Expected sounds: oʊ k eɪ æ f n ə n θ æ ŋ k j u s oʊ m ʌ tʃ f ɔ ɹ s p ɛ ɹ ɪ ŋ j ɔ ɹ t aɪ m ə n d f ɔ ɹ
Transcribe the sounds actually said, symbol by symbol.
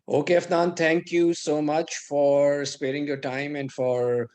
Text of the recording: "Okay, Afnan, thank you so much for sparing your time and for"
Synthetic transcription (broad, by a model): oʊ k eɪ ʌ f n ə n t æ ŋ k j u s oʊ m ʌ tʃ f ɔ ɹ s p ɛ ɹ ɪ ŋ j ɔ ɹ t aɪ m ə n d f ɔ ɹ